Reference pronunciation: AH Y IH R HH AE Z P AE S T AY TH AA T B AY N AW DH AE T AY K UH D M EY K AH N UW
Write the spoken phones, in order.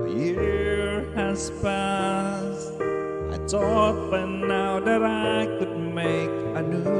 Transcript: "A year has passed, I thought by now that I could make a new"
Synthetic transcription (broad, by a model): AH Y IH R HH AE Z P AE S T AY T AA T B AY N AW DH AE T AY K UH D M EY K AH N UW